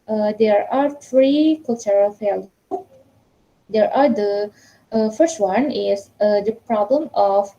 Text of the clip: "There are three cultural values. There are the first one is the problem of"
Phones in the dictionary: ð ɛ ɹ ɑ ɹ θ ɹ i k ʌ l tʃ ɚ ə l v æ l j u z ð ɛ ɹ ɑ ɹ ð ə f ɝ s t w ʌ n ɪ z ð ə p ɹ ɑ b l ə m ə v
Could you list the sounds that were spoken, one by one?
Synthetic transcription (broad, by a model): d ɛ ɹ ɑ ɹ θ ɹ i k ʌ l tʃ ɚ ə l f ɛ l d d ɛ ɹ ɑ ɹ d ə f ɝ s t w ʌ n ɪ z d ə p ɹ ɑ b l ə m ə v